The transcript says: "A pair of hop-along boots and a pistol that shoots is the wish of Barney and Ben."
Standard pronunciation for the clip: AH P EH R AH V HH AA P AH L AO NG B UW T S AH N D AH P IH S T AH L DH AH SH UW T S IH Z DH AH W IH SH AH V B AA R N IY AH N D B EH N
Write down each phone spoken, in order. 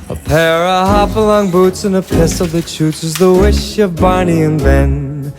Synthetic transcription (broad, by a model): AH P EH R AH HH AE F AH L AO NG B UW T S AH N AH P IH S AH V DH AH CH UW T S IH Z DH AH W IH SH AH V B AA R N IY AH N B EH N